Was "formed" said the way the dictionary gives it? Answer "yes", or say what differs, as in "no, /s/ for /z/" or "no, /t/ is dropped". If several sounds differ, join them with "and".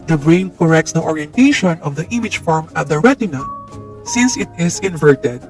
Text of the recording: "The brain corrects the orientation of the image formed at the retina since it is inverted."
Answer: no, /d/ is dropped